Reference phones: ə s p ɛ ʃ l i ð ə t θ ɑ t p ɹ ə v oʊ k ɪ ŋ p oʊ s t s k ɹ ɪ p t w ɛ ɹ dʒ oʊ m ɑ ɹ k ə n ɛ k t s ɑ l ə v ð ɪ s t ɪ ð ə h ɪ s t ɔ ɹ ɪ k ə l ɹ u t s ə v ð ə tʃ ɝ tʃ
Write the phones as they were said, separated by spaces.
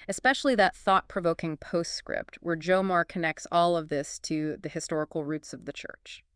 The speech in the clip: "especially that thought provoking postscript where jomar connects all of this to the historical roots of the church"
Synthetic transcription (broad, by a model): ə s p ɛ ʃ l i ð ə t θ ɑ t p ɹ ə v oʊ k ɪ ŋ p oʊ s t s k ɹ ɪ p t w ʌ ɹ dʒ oʊ m ɑ ɹ k ə n ɛ k t s ɑ l ə v ð ɪ s t ɪ ð ə h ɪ s t ɔ ɹ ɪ k l ɹ u t s ə v ð ə tʃ ɝ tʃ